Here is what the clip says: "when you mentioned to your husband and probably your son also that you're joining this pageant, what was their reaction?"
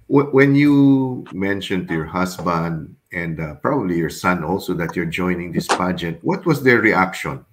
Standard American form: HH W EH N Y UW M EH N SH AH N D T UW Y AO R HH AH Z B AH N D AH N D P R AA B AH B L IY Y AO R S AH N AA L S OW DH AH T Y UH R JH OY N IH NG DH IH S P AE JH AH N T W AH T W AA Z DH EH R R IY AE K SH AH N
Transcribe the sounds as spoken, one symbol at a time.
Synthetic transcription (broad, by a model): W W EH N Y UW M EH N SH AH N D T UW Y AO R HH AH S B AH N D AH N D P R AA B AH B L IY Y AO R S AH N AA L S OW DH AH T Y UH R JH OY N IH NG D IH S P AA JH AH T W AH T W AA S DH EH R R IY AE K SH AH N